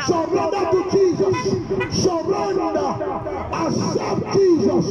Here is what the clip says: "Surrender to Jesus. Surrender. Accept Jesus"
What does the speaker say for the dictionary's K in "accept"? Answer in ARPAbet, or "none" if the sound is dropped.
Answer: none